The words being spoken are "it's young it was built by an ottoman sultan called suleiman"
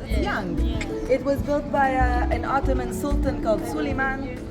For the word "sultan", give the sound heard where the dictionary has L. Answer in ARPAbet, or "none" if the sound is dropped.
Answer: L